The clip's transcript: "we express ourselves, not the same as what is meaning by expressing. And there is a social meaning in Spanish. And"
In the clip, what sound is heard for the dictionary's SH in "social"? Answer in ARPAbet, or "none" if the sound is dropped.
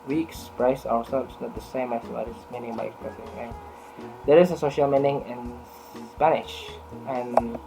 SH